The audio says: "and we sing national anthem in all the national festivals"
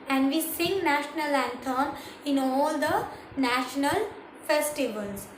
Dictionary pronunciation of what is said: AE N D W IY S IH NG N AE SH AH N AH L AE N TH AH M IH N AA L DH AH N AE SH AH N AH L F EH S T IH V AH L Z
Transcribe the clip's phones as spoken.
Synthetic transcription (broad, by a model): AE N D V IY S IH NG N AE SH AH N AH L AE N T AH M IH N AA L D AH N AE SH AH N AH L F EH S T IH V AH L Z